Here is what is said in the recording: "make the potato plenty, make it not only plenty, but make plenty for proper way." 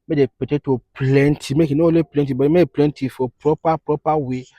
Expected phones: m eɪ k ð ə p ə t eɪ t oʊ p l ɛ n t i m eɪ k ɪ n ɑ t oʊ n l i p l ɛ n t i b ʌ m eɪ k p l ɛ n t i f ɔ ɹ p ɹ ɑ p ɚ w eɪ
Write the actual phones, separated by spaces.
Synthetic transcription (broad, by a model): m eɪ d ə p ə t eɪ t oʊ p l ɛ n t i m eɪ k ɪ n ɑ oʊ l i p l ɛ n t i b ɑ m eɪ p l ɛ n t i f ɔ ɹ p ɹ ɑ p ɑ w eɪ